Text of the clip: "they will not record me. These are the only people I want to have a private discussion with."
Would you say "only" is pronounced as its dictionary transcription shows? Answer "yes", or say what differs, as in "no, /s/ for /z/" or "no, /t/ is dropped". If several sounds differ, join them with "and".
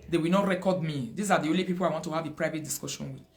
yes